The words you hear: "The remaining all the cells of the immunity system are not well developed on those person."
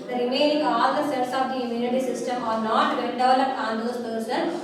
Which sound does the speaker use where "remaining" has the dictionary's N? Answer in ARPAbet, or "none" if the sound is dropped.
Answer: none